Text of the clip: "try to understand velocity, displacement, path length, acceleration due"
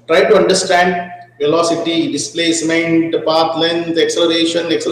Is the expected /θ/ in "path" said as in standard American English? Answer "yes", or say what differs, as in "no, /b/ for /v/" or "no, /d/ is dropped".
no, /t/ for /θ/